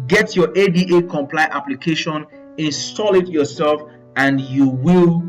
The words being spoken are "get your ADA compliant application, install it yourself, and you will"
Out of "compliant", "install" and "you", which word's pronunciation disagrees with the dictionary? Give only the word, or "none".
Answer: compliant